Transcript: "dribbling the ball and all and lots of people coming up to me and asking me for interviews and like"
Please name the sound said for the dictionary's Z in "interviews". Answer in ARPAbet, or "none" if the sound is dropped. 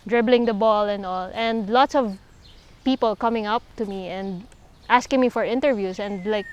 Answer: S